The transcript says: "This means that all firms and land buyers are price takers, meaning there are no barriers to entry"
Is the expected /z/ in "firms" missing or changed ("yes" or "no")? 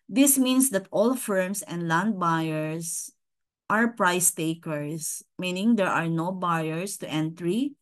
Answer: yes